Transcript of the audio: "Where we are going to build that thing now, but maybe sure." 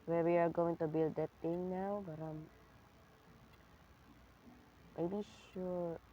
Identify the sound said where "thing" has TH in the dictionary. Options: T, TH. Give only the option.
T